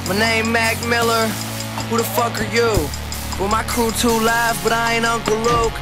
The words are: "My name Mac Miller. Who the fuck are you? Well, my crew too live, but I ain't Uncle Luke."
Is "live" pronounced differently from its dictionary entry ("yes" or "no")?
yes